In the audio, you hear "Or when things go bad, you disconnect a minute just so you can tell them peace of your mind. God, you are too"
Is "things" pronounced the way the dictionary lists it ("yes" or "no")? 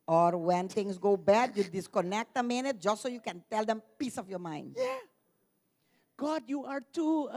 no